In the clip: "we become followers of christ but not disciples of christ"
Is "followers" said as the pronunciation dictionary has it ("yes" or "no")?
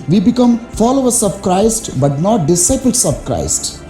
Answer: no